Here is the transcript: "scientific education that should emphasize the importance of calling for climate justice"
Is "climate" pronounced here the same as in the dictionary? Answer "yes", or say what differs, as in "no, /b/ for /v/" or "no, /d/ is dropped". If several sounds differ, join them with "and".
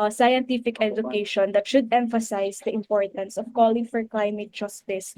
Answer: yes